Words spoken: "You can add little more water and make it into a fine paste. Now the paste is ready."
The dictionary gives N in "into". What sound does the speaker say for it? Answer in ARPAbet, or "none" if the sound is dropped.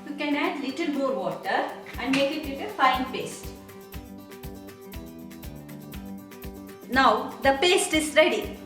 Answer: none